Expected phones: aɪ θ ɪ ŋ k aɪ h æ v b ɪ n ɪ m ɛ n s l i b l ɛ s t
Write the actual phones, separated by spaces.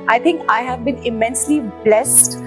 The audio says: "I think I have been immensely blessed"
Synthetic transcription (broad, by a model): aɪ t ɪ ŋ k aɪ h æ v b ɪ n ɪ m ɛ n s l i b l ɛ s t